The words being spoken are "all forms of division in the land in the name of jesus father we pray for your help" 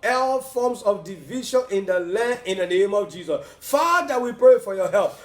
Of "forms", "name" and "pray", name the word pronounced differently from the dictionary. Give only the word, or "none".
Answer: forms